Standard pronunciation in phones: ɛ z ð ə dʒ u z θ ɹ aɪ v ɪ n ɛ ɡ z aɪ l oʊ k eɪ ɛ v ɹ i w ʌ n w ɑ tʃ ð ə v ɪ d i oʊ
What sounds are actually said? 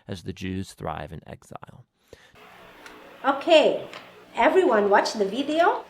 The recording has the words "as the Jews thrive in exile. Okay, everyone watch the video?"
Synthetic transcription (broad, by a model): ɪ z ð ə dʒ u z θ ɹ aɪ v ɪ n ɛ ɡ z aɪ l oʊ k eɪ ɛ v ɹ i w ʌ n w ɑ tʃ ð ə v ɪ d i oʊ